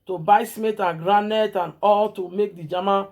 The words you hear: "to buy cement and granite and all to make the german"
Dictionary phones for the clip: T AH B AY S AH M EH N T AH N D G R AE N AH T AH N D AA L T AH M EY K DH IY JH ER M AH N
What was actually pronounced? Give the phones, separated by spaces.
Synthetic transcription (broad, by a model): T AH B AY S M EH T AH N G R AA N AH T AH N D AA L T AH M EY K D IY JH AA M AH